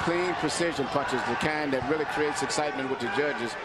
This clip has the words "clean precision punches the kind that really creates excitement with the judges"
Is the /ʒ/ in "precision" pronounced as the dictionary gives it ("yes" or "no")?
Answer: yes